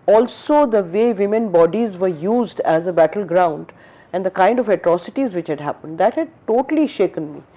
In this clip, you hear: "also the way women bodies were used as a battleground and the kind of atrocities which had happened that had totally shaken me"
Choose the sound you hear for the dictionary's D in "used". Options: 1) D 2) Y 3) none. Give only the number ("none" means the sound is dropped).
1